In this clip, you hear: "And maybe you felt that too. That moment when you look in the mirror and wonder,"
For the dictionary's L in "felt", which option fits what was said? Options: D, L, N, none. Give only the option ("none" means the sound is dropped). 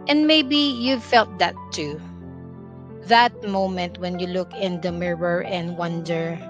L